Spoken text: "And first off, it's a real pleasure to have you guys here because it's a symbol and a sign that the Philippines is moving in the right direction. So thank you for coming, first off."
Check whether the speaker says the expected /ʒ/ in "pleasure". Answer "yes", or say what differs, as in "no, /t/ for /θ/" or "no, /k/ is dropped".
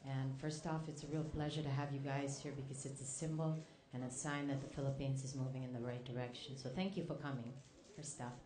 yes